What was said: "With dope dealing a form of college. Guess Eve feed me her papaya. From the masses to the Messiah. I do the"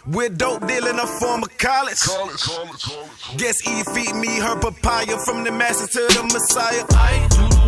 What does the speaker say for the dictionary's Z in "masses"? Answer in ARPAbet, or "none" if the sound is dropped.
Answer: none